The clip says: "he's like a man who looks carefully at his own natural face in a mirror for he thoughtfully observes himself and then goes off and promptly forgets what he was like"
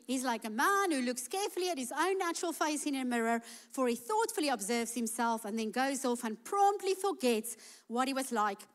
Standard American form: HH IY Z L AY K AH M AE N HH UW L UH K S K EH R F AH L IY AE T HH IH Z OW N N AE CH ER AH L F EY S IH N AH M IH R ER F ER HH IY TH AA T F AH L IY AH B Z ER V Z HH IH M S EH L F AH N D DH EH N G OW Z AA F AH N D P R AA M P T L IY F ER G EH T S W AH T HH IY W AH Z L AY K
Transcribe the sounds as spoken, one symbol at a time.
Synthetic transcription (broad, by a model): HH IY Z L AY K AH M AE N HH UW L UH K S K EH R F AH L IY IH T HH IH Z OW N N AE CH ER AH L F EY S IH N AH M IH R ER F ER IY TH AA T F AH L IY AH B Z ER V Z HH IH M S EH L F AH N DH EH N G OW Z AA F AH N P R AA M P T L IY F ER G EH T S W AH T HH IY W AH Z L AY K